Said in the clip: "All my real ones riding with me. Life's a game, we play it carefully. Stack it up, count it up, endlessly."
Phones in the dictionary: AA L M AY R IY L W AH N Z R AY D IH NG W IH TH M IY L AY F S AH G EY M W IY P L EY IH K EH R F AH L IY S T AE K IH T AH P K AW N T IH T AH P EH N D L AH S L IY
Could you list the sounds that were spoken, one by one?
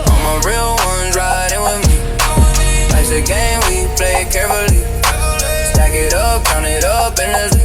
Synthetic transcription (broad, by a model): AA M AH R IY L W AH N Z R AY D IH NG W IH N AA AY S AH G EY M W IY P L EY IH K EH R F AH L IY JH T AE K IH T AH P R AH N IH T AH P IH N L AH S